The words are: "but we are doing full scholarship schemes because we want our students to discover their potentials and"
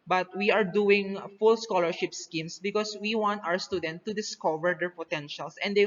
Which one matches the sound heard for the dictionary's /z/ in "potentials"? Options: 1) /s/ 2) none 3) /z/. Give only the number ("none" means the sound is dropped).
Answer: 1